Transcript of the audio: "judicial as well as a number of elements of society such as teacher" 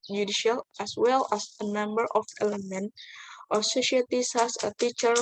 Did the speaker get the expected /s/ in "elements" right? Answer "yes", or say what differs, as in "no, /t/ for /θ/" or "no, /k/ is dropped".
no, /s/ is dropped